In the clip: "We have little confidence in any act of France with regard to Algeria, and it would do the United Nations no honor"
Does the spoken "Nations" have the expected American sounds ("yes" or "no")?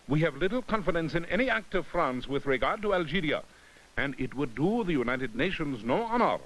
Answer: yes